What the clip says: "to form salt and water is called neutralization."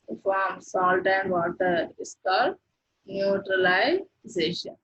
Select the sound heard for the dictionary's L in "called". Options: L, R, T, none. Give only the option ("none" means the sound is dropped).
none